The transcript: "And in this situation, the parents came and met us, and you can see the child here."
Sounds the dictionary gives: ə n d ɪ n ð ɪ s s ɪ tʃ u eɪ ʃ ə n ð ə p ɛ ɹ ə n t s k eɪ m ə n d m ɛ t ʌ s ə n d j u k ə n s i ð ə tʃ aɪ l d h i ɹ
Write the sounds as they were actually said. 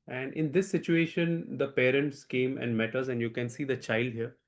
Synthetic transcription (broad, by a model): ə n d ɪ n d ɪ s s ɪ tʃ u eɪ ʃ ə n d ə p ɛ ɹ ə n t s k eɪ m ə n d m ɛ t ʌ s ə n d j u k ə n s i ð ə tʃ aɪ l d h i ɹ